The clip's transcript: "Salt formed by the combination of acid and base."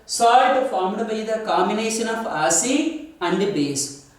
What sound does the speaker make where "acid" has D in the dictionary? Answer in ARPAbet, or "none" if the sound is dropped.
none